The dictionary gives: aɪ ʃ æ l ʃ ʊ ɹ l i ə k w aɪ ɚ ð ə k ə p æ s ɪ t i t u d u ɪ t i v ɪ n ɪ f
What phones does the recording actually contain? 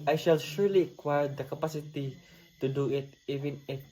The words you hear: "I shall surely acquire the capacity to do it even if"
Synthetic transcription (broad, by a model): aɪ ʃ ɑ l ʃ ʊ ɹ l i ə k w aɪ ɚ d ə k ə p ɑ s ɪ t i t u d u ɪ t i v ɪ n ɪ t